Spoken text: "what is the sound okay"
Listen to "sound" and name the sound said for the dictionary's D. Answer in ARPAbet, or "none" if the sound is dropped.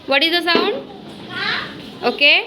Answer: none